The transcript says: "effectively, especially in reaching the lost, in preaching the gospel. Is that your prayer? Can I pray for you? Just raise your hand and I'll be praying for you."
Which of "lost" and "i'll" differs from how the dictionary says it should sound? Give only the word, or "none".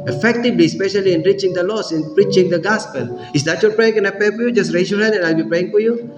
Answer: lost